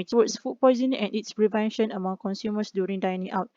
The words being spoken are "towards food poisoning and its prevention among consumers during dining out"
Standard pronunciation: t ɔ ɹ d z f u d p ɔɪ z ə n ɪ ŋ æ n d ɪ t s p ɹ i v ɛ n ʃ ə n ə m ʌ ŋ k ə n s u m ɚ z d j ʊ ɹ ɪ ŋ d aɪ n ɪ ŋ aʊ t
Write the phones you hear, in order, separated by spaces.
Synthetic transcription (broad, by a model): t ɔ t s f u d p ɔɪ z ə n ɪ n ɪ t s p ɹ i v ɛ n ʃ ə n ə m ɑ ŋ k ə n s u m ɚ s d j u ɹ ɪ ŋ d aɪ n ɪ ŋ aʊ t